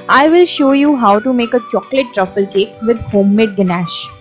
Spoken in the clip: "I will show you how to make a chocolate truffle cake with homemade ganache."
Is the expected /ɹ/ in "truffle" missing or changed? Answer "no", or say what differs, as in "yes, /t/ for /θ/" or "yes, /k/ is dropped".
no